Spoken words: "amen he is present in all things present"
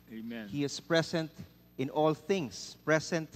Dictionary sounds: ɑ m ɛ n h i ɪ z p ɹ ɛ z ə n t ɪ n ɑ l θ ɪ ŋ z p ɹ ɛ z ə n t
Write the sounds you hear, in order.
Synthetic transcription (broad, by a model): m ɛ h i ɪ s p ɹ ɛ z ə n t ɪ n ɑ l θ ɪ ŋ s p ɹ ɛ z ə n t